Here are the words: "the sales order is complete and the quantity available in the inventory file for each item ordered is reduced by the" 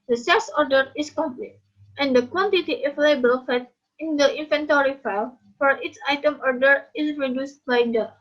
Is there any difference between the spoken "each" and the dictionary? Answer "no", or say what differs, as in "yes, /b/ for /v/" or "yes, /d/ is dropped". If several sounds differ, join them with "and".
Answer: yes, /s/ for /tʃ/